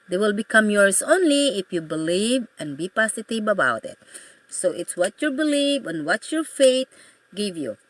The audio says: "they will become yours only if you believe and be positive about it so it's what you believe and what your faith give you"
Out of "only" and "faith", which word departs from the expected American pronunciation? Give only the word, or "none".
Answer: faith